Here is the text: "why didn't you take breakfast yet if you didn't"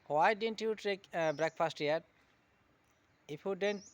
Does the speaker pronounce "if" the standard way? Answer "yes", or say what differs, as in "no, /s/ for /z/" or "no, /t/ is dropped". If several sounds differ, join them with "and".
no, /p/ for /f/